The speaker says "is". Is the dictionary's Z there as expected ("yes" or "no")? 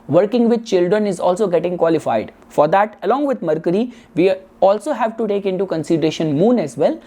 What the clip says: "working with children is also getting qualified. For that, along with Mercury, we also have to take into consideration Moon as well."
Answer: yes